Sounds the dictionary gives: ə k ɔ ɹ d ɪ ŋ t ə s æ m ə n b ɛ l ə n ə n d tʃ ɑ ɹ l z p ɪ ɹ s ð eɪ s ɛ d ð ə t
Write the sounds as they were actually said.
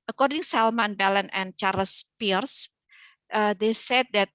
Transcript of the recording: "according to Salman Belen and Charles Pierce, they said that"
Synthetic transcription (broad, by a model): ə k ɔ ɹ d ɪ ŋ s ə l m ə n b ɛ l ə n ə n tʃ ɑ ɹ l s p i ɹ s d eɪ s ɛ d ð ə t